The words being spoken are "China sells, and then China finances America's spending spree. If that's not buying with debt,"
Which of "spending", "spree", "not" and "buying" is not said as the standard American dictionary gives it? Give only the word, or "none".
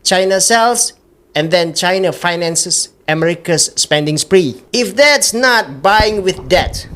none